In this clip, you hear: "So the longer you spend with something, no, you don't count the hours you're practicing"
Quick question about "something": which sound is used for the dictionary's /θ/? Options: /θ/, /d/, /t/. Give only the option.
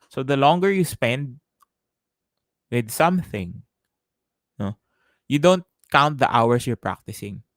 /θ/